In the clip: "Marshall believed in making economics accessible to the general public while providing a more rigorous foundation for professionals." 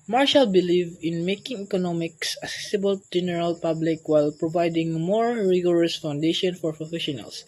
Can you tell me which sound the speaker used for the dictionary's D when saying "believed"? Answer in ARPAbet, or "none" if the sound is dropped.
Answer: none